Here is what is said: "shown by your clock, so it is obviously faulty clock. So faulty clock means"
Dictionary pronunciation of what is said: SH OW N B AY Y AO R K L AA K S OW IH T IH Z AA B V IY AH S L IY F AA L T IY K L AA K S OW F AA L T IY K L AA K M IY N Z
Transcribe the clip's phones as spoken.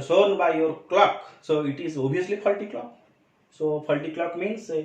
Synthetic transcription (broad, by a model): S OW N B AY Y AO R K L AA K S OW IH T IH Z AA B IY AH S L IY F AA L T IY K L AA K S OW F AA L T IY K L AA K M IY N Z